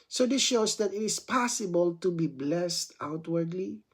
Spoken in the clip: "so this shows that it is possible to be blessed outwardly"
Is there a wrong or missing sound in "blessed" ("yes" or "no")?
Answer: no